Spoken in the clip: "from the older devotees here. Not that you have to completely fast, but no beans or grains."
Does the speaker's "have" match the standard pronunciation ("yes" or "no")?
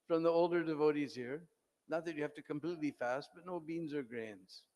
no